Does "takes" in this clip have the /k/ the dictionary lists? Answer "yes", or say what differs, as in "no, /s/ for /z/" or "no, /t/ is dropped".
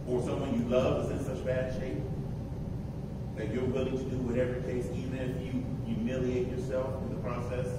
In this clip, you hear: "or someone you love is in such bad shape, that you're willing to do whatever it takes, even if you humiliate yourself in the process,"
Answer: no, /k/ is dropped